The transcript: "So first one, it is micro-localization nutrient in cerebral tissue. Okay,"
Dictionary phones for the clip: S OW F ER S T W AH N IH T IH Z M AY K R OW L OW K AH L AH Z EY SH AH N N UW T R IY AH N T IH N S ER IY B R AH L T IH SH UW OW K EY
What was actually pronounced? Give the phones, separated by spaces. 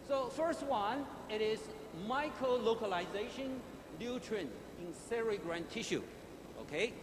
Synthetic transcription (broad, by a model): S OW F ER S T W AH N IH T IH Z M AY K R OW L OW K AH L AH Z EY SH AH N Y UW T R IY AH N IH N S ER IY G R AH N T IH SH UW OW K EY